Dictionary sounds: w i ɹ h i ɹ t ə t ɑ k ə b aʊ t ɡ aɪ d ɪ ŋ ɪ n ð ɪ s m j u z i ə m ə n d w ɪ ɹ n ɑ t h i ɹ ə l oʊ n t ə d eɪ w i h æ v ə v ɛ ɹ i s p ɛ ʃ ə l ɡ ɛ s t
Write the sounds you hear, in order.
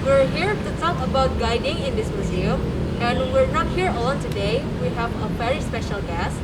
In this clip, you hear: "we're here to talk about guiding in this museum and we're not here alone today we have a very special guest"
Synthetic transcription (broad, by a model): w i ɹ h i ɹ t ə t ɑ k ə b aʊ t ɡ aɪ d ɪ ŋ ɪ n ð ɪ s m j u z i ə m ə n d w ɪ ɹ n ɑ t h i ɹ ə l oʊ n t ə d eɪ w i h æ v ə v ɛ ɹ i s p ɛ ʃ ə l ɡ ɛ s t